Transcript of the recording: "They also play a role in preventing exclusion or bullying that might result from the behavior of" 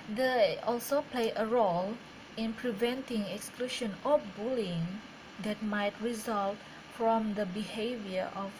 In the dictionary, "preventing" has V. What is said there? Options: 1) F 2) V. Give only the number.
2